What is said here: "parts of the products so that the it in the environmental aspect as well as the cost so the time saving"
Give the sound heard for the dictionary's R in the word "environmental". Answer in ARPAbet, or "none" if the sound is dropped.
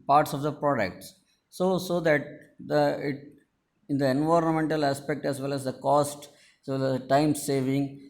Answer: R